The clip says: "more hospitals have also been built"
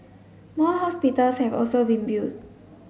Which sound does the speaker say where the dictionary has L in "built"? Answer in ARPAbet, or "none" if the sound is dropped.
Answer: none